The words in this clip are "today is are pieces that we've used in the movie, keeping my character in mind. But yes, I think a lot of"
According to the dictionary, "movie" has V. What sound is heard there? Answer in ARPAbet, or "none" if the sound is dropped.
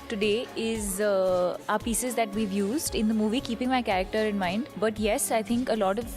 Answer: V